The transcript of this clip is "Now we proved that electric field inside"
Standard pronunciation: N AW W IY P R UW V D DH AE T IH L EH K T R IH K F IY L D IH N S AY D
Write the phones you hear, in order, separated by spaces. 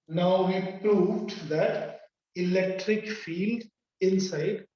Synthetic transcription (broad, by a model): N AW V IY P R UW V D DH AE T IH L EH K T R IH K F IY L D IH N S AY D